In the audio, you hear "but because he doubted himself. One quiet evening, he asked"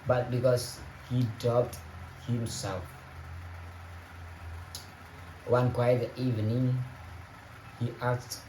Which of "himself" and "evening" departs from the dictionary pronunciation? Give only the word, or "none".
none